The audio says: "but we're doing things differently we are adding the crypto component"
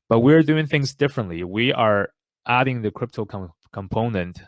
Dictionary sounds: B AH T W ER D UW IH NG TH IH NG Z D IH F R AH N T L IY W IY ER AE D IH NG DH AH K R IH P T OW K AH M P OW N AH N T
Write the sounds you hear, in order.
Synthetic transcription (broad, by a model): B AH T W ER D UW IH NG TH IH NG Z D IH F R AH N T L IY W IY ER AE D IH NG DH AH K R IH P T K K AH M P OW N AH N T